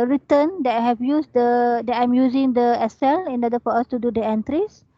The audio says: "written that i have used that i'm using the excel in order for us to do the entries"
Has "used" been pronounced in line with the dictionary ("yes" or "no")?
no